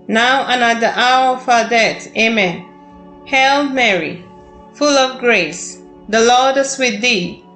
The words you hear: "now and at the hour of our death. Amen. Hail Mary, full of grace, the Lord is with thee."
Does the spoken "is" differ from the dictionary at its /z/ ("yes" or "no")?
yes